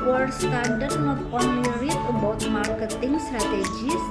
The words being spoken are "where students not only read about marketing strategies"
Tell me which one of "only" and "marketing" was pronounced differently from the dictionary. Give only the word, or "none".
only